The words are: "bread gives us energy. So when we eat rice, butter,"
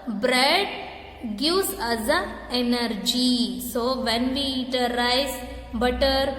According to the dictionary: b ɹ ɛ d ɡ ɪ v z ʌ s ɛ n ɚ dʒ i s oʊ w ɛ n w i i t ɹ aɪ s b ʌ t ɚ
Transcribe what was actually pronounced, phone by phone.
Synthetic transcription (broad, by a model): b ɹ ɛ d ɡ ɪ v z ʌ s ɛ n ɚ dʒ i s oʊ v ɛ n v i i t l aɪ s b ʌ t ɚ